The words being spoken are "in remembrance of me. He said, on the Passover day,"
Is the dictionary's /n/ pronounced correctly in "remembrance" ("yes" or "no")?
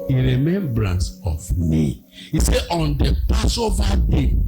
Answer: yes